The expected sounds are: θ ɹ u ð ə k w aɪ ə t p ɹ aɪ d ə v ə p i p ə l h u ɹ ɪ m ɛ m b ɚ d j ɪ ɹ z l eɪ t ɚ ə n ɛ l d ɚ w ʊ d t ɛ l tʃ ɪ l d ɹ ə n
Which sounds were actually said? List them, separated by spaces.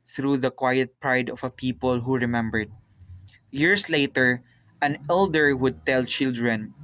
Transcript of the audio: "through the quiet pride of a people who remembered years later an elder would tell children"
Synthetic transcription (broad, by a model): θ ɹ u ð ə k w aɪ ə t p ɹ aɪ d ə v ə p i p ə l h u ɹ ɪ m ɛ m b ɚ d j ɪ ɹ s l eɪ t ɚ ə n ɛ l d ɚ w ʊ d t ɛ l tʃ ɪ l d ɹ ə n